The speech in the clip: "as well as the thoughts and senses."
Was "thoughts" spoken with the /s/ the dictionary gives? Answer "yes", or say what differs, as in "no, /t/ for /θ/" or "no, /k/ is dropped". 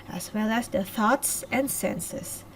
yes